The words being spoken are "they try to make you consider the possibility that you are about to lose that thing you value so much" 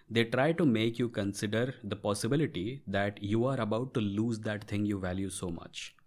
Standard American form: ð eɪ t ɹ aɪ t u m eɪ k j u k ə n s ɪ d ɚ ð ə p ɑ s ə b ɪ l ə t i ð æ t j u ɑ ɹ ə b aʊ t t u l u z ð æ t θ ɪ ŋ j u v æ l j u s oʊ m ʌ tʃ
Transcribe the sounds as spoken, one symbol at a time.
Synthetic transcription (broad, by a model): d eɪ t ɹ aɪ t u m eɪ k j u k ə n s ɪ d ɚ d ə p ɑ s ə b ɪ l ə t i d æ t j u ɑ ɹ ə b aʊ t t u l u z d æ t t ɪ ŋ j u v æ l j u s oʊ m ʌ tʃ